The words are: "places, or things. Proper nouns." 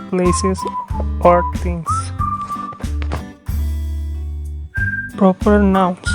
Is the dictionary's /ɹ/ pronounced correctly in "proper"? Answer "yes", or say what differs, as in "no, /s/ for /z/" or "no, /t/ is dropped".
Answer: yes